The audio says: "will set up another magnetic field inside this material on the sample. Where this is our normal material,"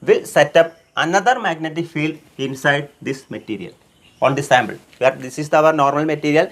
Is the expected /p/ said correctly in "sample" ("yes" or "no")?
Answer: no